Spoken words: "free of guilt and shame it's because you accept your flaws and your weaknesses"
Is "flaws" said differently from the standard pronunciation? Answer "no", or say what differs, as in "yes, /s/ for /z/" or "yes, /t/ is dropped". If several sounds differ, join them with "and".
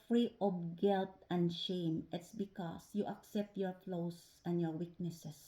yes, /s/ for /z/